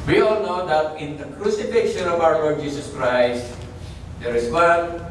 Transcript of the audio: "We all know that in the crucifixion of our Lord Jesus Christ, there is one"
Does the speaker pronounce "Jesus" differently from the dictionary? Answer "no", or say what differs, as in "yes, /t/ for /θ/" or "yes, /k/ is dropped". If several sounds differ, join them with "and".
yes, /s/ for /z/